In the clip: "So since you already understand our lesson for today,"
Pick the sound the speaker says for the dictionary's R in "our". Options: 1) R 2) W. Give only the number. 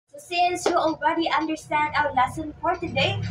2